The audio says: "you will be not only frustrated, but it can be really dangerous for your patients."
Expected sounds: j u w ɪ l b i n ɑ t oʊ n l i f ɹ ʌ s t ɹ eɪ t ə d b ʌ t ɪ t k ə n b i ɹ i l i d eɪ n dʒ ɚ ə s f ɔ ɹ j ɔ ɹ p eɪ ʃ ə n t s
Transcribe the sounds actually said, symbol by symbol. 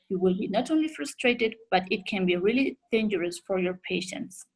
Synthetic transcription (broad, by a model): j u w ɪ l b i n ɑ t oʊ n l i f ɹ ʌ s t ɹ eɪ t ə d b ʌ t ɪ t k ə n b i ɹ i l i d eɪ n dʒ ɚ ə s f ɔ ɹ j ɔ ɹ p eɪ ʃ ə n t s